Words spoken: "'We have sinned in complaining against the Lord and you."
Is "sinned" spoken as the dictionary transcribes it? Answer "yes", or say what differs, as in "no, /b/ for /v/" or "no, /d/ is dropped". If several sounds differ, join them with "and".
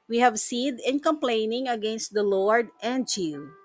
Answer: no, /n/ is dropped